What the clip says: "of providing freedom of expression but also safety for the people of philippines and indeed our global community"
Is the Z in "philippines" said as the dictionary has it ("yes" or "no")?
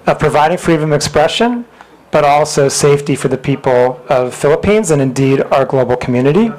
yes